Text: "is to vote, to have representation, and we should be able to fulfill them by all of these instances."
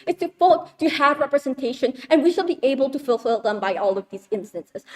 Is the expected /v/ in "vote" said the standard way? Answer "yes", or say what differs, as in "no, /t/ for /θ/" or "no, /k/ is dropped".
no, /f/ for /v/